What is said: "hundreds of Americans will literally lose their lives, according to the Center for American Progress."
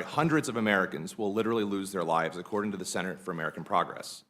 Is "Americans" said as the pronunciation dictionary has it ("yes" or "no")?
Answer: yes